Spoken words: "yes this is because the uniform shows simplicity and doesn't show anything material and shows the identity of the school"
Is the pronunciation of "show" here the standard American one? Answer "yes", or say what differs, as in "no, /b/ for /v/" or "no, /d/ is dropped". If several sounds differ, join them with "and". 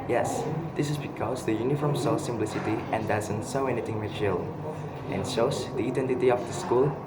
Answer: no, /s/ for /ʃ/